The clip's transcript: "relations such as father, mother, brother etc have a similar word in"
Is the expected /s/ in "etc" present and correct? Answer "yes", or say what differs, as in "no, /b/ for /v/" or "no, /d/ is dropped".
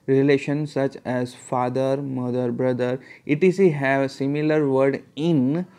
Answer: no, /s/ is dropped